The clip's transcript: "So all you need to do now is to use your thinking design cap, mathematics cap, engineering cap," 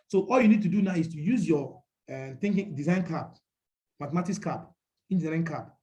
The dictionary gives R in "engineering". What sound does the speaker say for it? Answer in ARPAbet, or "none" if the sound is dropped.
none